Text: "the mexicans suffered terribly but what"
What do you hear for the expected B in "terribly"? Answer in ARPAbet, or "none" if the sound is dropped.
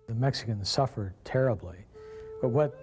B